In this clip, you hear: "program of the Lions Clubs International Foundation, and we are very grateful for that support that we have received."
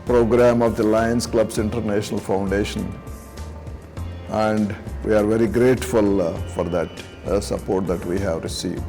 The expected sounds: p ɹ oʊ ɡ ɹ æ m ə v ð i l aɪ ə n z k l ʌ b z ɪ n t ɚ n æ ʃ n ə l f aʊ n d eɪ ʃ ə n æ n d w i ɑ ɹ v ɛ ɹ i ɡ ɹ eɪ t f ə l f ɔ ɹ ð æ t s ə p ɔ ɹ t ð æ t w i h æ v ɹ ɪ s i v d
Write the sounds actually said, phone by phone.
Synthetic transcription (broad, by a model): p ɹ oʊ ɡ ɹ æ m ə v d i l aɪ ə n s k l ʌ b s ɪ n t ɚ n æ ʃ n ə l f aʊ n d eɪ ʃ ə n æ n d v i ɑ ɹ v ɛ ɹ i ɡ ɹ eɪ t f ə l f ɔ ɹ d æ t s ə p ɔ ɹ t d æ t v i h æ v ɹ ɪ s i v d